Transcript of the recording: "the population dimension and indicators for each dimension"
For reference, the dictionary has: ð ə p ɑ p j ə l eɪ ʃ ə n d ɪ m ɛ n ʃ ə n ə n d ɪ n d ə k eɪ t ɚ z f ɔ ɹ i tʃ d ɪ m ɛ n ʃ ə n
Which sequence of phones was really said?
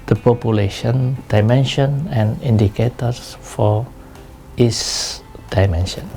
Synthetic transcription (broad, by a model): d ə p ɑ p j ə l eɪ ʃ ə n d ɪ m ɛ n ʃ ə n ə n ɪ n d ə k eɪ t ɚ s f ɔ ɹ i s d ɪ m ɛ n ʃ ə n